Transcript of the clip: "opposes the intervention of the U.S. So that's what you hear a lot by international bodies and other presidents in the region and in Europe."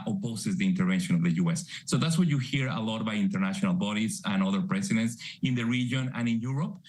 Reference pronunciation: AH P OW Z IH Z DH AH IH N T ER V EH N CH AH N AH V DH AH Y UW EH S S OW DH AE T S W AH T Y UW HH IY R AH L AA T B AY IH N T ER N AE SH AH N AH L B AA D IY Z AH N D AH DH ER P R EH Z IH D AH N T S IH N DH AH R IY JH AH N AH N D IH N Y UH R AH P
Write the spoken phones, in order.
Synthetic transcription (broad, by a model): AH P OW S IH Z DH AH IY N T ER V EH N SH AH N AH V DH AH Y UW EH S S OW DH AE T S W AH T Y UW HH IY R AH L AA T B AY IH N T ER N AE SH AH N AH L B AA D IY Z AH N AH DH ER P R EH S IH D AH N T S IH N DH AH R IY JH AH N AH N IH N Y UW R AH P